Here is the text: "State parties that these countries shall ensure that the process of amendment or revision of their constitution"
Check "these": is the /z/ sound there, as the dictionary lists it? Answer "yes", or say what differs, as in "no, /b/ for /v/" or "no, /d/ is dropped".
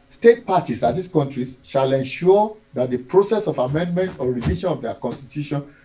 no, /s/ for /z/